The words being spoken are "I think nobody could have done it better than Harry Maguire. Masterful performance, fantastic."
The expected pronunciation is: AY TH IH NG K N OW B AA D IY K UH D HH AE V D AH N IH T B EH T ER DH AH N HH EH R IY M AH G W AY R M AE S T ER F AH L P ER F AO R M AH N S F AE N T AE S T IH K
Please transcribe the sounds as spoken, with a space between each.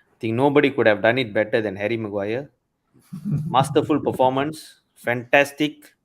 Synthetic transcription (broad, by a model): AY T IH NG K N OW B AA D IY K UH D HH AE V D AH N IH T B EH T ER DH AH N HH EH R IY M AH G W AY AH M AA S T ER F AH L P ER F AO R M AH N S F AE N T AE S T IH K